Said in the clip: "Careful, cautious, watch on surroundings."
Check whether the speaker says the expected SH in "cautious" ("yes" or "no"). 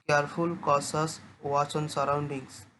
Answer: no